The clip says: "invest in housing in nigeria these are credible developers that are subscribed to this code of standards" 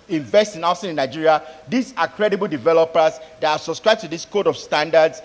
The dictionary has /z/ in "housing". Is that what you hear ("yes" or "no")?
no